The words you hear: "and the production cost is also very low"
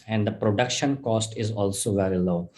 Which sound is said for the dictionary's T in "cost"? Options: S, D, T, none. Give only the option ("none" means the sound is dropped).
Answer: T